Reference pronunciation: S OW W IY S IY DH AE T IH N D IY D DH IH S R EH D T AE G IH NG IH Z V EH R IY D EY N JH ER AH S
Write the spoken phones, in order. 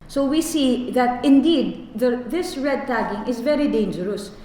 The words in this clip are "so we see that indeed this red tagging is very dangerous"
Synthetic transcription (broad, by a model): S OW W IY S IY DH AE T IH N D IY D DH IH S R EH D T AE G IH NG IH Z V EH R IY D EY N JH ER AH S